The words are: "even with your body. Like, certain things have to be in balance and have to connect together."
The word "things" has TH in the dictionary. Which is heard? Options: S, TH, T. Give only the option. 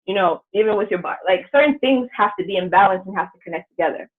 TH